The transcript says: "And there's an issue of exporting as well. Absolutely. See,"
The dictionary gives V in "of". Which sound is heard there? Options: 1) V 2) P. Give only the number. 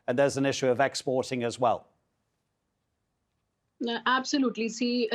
1